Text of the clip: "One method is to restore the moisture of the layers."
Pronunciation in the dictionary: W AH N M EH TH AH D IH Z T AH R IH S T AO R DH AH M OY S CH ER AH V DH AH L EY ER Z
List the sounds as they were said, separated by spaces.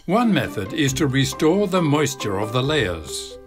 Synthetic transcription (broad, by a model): W AH N M EH TH AH D IH Z T AH R IH S T AO R DH AH M OY S CH ER AH V DH AH L EY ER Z